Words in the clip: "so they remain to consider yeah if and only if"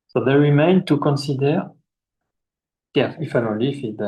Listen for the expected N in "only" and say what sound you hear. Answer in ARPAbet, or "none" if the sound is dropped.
none